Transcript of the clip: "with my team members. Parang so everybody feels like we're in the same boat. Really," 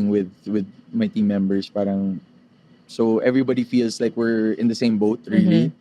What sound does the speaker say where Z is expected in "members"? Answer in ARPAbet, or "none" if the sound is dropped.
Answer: S